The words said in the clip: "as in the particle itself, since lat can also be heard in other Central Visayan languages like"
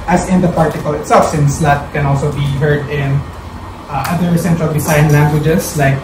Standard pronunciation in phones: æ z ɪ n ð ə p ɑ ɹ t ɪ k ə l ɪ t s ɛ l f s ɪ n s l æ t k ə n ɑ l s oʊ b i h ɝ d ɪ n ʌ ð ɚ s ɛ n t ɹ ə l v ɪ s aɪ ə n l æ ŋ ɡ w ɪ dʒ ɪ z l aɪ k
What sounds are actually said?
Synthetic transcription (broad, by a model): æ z ɪ n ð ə p ɑ ɹ t ɪ k ə l ɪ t s ɛ l f s ɪ n s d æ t k ə n ɑ l s oʊ b i h ɝ d ɪ n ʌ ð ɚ s ɛ n t ɹ ə l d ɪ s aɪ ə n l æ ŋ ɡ w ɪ dʒ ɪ s l aɪ k